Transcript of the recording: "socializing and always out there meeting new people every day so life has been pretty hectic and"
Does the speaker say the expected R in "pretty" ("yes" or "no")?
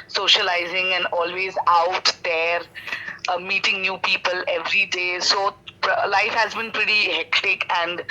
yes